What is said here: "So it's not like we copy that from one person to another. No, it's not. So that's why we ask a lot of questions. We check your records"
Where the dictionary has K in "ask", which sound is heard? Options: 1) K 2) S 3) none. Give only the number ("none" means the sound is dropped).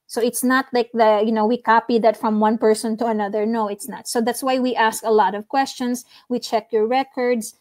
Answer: 1